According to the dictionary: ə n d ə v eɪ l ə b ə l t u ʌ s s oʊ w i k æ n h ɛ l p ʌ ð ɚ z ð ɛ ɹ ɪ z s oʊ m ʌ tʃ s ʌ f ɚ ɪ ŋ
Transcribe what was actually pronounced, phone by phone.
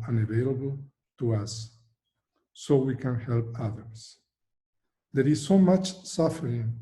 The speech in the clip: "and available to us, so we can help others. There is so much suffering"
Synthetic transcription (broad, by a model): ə n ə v eɪ l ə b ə l t u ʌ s s oʊ w i k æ n h ɛ l p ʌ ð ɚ s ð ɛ ɹ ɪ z s oʊ m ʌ tʃ s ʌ f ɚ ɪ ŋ